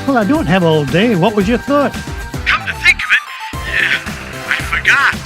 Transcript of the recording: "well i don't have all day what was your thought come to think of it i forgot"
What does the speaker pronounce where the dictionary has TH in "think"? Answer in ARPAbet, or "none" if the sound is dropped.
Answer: TH